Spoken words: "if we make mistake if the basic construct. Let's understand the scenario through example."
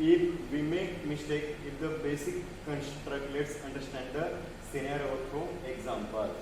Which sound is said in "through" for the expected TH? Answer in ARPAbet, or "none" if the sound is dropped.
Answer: T